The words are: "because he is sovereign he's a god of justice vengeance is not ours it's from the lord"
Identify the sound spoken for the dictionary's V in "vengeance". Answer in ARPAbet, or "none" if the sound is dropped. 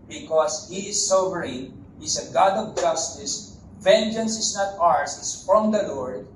V